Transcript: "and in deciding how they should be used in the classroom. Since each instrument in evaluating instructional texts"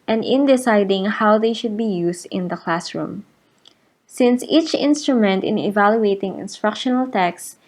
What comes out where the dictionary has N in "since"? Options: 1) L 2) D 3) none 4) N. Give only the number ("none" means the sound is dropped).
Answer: 4